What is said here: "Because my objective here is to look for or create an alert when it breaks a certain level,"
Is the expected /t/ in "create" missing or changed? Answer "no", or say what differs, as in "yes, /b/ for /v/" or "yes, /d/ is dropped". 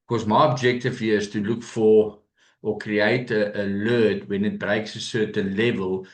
yes, /t/ is dropped